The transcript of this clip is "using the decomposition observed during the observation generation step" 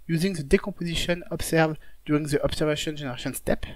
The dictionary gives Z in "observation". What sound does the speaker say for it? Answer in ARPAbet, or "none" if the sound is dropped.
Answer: S